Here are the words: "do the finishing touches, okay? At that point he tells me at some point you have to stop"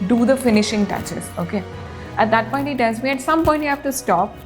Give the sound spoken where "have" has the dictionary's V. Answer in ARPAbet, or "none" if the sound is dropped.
F